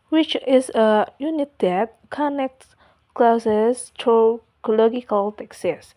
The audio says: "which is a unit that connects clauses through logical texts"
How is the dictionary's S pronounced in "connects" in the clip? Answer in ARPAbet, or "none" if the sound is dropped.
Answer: none